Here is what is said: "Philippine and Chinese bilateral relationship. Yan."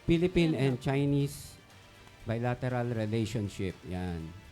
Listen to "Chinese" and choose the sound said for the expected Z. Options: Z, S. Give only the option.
S